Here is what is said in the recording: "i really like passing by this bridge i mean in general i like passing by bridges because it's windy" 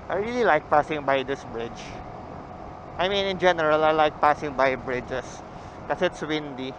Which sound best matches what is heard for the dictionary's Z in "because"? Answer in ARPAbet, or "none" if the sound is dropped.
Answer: none